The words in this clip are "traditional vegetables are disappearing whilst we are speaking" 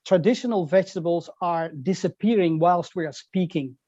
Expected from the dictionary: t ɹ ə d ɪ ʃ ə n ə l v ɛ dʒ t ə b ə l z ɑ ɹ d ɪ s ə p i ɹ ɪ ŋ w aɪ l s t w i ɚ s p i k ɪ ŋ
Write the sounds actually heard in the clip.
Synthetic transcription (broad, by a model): t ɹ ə d ɪ ʃ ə n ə l v ɛ dʒ t ə b ə l z ɑ ɹ d ɪ s ə p i ɹ ɪ ŋ w aɪ l s t w i ɚ s p i k ɪ ŋ